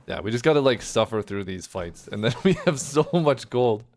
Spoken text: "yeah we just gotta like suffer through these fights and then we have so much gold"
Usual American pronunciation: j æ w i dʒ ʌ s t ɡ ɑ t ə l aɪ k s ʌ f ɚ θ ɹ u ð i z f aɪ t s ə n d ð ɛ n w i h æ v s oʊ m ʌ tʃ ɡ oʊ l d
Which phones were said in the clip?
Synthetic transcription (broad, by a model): j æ w i dʒ ʌ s ɡ ɑ t ə l aɪ k s ʌ f ɚ θ ɹ u ð i z f aɪ t s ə n ð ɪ n w i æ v s oʊ m ʌ tʃ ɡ oʊ l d